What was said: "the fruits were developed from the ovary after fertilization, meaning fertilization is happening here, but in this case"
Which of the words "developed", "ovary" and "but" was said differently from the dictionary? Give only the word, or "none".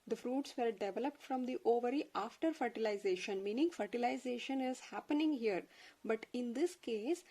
none